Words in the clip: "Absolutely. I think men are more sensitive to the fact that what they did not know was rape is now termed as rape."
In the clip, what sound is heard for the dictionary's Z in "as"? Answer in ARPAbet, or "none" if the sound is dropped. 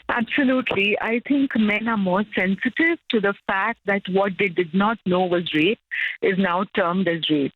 Z